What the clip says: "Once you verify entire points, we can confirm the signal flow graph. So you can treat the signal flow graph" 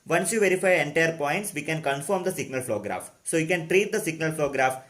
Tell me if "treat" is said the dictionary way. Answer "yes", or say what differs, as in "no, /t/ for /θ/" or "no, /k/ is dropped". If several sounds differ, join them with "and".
yes